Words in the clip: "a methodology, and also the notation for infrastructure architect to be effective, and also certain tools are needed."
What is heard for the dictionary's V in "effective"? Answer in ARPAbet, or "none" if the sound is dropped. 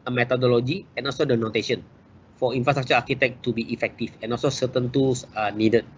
F